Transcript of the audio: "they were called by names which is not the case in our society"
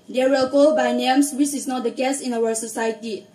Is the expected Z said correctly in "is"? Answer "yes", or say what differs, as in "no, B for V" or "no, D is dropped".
no, S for Z